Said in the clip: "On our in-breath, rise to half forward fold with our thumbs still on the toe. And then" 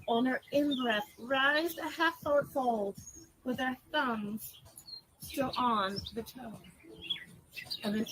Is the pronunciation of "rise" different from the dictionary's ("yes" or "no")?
no